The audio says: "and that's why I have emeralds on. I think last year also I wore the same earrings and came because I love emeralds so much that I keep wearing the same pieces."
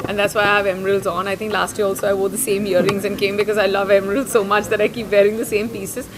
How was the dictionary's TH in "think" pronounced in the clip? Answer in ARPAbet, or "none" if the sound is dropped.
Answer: T